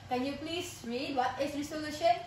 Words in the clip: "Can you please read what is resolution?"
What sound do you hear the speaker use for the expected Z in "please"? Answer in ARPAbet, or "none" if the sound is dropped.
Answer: S